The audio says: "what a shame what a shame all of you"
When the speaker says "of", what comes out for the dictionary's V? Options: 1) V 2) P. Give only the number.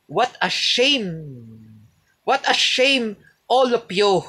2